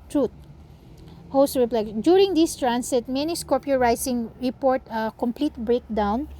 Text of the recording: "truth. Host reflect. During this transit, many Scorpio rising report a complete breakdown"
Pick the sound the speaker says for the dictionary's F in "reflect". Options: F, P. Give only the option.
P